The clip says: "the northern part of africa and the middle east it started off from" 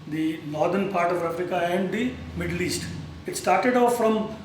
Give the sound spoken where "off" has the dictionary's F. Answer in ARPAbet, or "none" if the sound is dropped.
F